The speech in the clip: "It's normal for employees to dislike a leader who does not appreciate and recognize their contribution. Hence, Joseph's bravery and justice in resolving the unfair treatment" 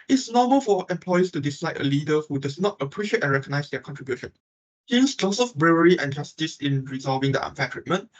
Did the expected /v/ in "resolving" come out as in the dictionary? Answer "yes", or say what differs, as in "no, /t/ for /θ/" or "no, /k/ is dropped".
yes